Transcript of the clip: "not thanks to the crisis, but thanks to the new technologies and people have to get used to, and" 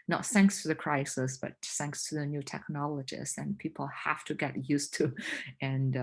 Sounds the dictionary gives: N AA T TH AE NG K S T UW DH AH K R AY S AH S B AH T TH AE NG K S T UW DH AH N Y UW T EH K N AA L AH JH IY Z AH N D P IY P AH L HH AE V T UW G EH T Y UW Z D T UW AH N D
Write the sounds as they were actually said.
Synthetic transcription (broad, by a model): N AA T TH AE NG K S T UW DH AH K R AY S AH S B AH T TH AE NG K S T UW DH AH N Y UW T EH K N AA L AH JH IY S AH N P IY P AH L HH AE F T UW G EH T Y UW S T UW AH N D